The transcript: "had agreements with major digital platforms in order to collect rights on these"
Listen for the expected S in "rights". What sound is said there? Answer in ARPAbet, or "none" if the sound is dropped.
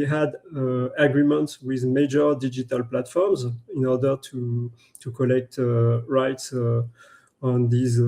S